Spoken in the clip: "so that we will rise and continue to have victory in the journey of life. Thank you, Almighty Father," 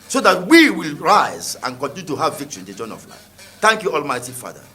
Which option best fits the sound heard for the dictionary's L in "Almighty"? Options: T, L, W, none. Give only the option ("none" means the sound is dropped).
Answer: L